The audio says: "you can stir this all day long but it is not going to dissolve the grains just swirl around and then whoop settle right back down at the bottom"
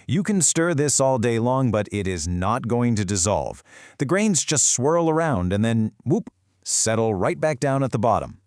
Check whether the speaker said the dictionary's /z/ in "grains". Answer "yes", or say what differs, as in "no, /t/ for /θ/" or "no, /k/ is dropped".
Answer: yes